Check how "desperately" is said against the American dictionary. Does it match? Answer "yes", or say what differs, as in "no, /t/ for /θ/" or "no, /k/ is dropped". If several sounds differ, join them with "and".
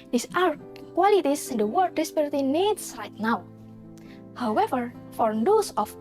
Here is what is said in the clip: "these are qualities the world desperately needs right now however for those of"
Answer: no, /ɹ/ is dropped